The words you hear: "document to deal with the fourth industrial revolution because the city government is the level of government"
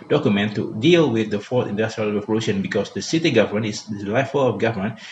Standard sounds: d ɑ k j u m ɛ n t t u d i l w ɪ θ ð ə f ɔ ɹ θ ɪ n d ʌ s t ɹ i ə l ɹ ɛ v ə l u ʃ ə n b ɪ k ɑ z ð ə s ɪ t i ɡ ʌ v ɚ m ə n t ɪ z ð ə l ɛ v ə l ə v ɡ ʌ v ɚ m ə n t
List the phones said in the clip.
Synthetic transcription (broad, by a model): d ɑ k j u m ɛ n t t u d i l w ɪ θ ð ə f ɔ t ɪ n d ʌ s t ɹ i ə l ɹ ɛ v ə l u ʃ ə n b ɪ k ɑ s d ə s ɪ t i ɡ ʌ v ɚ m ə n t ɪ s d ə l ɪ f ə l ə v ɡ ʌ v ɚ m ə n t